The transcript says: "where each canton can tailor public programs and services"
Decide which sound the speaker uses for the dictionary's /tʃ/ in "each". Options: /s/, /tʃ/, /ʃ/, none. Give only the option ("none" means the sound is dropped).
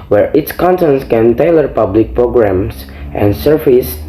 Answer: /s/